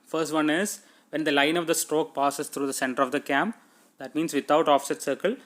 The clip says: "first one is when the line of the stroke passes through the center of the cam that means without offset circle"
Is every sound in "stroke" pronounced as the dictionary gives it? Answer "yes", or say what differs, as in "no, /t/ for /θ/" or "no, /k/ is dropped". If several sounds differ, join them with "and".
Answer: yes